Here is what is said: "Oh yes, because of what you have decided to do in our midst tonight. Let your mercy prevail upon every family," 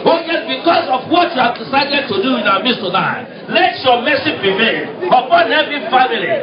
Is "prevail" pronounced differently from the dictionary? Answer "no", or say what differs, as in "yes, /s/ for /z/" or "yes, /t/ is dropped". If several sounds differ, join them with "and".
yes, /n/ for /l/